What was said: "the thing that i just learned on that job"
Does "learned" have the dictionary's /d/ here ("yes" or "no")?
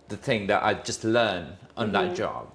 no